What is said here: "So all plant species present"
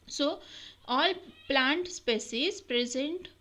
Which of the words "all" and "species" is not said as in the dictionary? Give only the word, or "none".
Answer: species